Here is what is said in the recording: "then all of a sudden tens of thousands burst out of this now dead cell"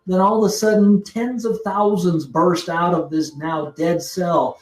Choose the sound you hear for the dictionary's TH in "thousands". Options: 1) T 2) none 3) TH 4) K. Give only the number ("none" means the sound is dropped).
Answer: 3